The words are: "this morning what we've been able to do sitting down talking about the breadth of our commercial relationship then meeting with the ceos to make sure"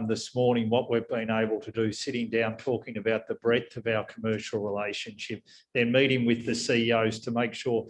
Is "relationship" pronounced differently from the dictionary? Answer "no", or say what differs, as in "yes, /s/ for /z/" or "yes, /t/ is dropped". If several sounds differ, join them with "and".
no